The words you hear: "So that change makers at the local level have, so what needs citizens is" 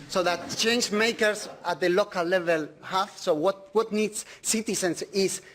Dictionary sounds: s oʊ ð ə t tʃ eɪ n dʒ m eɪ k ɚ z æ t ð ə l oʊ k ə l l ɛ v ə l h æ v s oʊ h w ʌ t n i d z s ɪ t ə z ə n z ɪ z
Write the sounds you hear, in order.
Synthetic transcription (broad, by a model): s oʊ ð ə t tʃ eɪ n dʒ m eɪ k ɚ s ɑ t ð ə l oʊ k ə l l ɛ v ə l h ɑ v s oʊ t w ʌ t n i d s s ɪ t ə s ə n s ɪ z